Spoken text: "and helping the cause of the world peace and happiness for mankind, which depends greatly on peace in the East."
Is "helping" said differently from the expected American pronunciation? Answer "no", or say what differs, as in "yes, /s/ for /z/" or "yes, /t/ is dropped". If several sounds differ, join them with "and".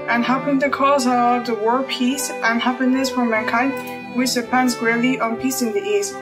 yes, /l/ is dropped